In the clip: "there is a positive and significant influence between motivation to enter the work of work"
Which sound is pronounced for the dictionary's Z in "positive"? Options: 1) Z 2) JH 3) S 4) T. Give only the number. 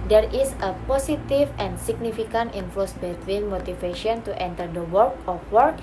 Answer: 3